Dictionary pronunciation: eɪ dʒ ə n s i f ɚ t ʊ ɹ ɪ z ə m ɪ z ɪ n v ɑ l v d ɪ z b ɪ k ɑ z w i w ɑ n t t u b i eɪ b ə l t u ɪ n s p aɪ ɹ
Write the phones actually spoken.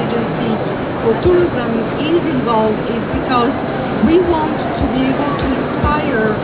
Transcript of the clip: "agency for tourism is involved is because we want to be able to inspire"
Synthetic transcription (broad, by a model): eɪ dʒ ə n s i f ɚ t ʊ ɹ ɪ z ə m ɪ z ɪ n v ɑ l v d ɪ z b ɪ k ɑ z w i w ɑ n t t u b i eɪ b ə l t u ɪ n s p aɪ ɹ